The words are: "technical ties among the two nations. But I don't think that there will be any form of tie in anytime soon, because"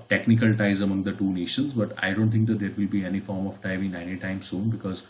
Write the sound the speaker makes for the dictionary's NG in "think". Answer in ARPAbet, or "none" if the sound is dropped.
none